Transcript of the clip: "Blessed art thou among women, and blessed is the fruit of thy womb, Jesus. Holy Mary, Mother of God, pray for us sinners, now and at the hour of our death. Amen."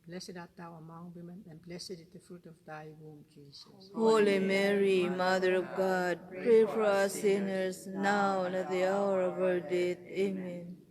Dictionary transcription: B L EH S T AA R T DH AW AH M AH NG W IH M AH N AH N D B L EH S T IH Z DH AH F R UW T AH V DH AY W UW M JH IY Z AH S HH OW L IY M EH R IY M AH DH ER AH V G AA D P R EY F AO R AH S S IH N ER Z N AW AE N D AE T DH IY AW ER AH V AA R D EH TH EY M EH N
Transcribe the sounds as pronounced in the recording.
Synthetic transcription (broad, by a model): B L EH S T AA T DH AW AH M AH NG W IH M AH N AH N B L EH S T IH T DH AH F R UW T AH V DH AY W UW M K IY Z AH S HH OW L IY M EH R IY M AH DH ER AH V G AA D P R EY F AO R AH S S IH N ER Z N AW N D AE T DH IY AW ER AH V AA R D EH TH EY M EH N